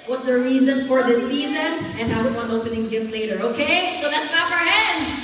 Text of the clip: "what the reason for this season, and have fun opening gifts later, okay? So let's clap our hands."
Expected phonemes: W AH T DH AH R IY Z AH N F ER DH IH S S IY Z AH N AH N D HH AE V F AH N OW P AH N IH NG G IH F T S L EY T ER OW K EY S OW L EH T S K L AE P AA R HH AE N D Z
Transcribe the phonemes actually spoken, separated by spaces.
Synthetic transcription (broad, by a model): W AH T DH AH R IY Z AH N F ER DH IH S S IY Z AH N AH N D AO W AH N OW P AH N IH NG G IH F T S L EY T ER OW K EY S OW L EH T S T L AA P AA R HH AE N D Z